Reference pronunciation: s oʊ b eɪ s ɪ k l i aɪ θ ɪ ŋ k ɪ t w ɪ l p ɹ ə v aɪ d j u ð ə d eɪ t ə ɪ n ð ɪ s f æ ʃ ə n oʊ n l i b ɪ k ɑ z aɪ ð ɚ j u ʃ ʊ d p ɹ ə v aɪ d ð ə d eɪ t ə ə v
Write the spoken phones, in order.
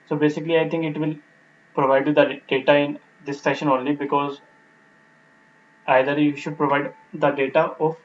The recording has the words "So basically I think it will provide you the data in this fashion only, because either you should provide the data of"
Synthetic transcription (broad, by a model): s oʊ b eɪ s ɪ k l i aɪ t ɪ ŋ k ɪ t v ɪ l p ɹ ə v aɪ d j u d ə d eɪ t ə ɪ n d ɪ s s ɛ ʃ ə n oʊ n l i b ɪ k ɑ z aɪ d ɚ j u ʃ ʊ d p ɹ ə v aɪ d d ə d eɪ t ə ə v